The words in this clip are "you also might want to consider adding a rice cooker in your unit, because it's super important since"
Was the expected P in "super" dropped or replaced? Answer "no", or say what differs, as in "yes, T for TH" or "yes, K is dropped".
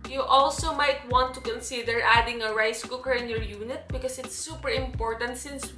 no